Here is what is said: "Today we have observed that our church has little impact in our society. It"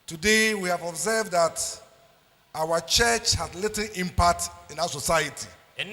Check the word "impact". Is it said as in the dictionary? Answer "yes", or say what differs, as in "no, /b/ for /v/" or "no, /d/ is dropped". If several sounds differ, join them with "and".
yes